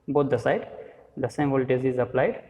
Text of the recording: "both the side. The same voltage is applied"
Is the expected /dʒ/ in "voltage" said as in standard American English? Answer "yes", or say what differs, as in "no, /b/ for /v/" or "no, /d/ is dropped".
no, /z/ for /dʒ/